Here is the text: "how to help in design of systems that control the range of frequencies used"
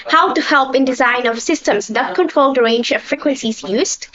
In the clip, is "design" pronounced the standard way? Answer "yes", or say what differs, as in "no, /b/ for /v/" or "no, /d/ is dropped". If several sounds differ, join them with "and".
yes